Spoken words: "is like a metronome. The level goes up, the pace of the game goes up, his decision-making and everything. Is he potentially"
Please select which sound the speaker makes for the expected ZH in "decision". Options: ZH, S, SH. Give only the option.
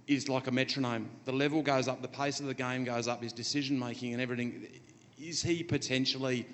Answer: ZH